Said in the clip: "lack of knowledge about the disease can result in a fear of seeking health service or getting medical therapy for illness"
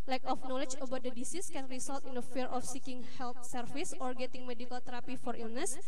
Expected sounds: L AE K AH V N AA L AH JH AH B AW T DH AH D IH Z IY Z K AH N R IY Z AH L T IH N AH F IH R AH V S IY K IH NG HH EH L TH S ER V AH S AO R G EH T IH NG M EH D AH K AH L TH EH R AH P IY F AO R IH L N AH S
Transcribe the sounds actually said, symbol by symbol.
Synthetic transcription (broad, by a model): L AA K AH F N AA L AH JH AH B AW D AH D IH S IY S K AH N R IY S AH L T IH N AH F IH R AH F S IY K IH NG HH EH L T S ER F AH S AO R G EH T IH NG M EH D AH K AH L T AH R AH P IY F AO R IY L N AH S